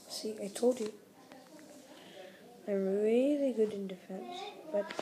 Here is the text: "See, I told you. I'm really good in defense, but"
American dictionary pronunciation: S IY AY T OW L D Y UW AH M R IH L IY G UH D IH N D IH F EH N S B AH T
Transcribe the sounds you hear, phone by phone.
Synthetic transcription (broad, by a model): S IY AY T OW D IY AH R IH L IY G UH D IH N D IH F EH N S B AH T